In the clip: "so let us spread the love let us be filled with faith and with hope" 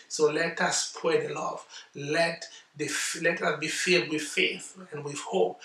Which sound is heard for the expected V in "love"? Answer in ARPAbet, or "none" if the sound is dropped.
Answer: F